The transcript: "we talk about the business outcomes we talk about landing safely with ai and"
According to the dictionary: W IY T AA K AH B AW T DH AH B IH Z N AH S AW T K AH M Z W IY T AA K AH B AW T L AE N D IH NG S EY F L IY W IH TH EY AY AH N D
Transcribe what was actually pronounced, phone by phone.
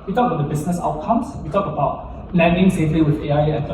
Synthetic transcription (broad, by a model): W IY T AA K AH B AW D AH B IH S N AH S AW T K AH M S W IY T AA K AH B AW T L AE N D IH NG S EY F L IY W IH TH EY AY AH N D